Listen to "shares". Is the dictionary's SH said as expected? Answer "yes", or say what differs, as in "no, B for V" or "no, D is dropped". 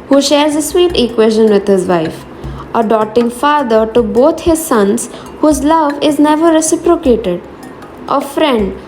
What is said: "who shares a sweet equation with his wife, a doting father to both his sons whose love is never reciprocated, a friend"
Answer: yes